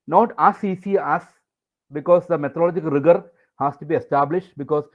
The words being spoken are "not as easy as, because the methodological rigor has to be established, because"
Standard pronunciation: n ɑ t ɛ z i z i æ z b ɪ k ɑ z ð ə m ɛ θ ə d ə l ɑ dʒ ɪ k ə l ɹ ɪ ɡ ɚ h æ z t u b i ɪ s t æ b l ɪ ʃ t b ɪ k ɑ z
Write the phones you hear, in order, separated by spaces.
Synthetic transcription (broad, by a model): n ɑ t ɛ s i s i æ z b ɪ k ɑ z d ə m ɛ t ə d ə l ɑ dʒ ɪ k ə l ɹ ɪ ɡ ɚ h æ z t u b i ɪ s t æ b l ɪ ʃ t b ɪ k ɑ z